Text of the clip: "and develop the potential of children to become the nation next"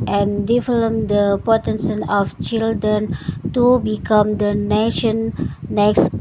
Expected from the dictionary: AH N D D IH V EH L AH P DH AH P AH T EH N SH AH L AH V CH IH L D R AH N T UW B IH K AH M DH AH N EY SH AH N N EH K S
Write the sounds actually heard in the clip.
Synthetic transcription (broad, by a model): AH N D D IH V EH L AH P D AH P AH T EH N S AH N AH F CH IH L D R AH N T UW B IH K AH M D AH N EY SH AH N N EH K S